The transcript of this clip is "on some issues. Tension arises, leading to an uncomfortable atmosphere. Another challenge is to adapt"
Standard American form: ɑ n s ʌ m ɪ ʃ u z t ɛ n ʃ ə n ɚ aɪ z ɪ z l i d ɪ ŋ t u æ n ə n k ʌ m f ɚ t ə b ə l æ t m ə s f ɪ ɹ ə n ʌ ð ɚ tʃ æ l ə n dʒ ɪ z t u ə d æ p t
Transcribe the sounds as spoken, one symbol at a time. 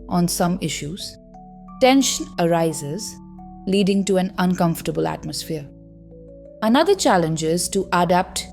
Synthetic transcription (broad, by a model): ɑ n s ʌ m ɪ ʃ u z t ɛ n ʃ ə n ɚ aɪ z ɪ z l i d ɪ ŋ t u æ n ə n k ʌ m f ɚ t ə b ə l æ t m ə s f ɪ ɹ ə n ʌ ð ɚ tʃ æ l ə n dʒ ɪ z t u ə d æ p t